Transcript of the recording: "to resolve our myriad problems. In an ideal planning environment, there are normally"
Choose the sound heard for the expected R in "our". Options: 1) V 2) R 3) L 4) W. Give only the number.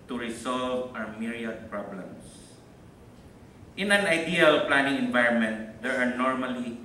4